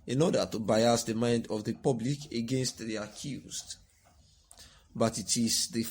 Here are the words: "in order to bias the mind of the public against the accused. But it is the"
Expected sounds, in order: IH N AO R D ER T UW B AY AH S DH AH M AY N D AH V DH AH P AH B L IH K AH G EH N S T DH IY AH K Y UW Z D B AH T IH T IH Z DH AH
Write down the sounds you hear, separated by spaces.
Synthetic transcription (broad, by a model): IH N AO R D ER T UW B AY AH S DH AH M AY N D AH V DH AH P AH B L IH K AH G EH N S T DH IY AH K Y UW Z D B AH T IH T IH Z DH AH